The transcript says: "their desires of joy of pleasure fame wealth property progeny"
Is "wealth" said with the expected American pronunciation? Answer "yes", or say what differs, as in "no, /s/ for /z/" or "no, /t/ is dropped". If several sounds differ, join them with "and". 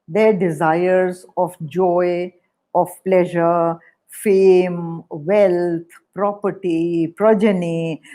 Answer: no, /t/ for /θ/